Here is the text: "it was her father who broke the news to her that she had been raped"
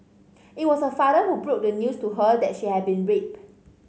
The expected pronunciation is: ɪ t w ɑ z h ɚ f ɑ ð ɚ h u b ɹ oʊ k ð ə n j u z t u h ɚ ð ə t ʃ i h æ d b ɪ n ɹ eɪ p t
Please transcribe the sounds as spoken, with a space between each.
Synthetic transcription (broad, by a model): ɪ t w ɑ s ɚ f ɑ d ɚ h u b ɹ oʊ k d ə n j u s t u h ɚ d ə t ʃ i h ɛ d b ɪ n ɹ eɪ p